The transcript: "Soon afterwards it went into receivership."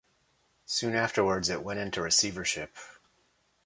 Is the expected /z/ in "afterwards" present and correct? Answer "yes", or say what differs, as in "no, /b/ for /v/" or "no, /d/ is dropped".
yes